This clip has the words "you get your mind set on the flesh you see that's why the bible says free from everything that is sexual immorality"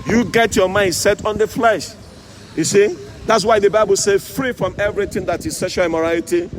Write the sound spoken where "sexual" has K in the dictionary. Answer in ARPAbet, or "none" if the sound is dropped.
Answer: none